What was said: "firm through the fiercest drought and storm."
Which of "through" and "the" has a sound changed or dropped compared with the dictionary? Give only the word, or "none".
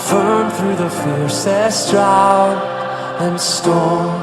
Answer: none